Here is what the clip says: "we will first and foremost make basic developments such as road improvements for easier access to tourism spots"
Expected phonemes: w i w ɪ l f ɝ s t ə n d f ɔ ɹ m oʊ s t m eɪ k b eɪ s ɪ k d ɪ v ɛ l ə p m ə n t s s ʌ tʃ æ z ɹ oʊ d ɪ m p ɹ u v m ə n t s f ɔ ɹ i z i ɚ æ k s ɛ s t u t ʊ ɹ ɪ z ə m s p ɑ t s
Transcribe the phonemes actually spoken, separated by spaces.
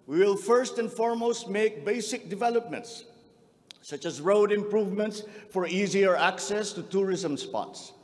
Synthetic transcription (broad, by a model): w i w ɪ l f ɝ s t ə n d f ɔ ɹ m oʊ s t m eɪ k b eɪ s ɪ k d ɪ v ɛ l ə p m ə n t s s ʌ tʃ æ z ɹ oʊ d ɪ m p ɹ u v m ə n t s f ɔ ɹ i z i ɚ æ k s ɛ s t u t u ɹ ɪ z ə m s p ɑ t s